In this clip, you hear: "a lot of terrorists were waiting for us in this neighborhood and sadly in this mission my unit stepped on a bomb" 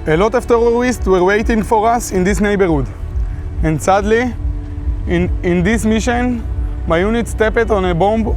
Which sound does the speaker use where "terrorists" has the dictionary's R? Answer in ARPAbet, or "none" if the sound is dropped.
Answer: L